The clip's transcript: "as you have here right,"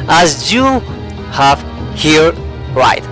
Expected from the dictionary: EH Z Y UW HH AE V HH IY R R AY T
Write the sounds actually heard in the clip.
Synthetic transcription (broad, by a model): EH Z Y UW HH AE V HH IY R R AY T